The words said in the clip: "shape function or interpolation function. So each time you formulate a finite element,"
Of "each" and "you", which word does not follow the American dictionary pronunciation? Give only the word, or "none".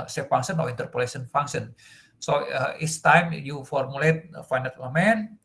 each